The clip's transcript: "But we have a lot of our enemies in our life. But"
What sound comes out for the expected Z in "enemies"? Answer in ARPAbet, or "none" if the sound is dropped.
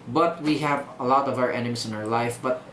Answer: S